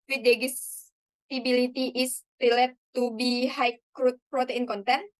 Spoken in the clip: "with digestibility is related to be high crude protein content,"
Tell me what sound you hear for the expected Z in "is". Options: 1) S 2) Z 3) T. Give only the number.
1